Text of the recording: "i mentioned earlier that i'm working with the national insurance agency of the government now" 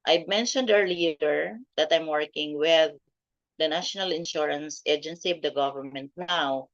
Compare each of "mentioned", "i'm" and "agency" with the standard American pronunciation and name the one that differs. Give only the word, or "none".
none